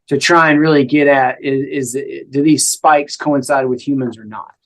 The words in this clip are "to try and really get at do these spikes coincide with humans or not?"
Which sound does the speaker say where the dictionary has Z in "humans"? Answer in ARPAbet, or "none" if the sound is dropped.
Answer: Z